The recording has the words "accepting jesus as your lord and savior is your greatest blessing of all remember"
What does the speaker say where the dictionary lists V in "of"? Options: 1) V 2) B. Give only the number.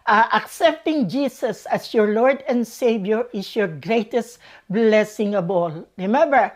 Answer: 2